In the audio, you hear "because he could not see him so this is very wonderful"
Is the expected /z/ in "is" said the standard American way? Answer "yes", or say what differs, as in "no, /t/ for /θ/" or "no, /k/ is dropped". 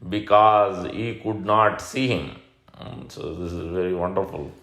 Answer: yes